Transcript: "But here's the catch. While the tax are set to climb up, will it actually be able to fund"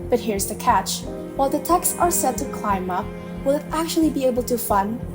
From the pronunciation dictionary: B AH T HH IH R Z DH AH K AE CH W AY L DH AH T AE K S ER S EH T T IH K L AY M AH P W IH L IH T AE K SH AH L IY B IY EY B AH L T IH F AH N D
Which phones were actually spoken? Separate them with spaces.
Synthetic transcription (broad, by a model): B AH T HH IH R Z DH AH K AE CH W AY L DH AH T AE K S ER S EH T T IH K L AY M AH P W IH L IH T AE K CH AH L IY B IY EY B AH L T IH F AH N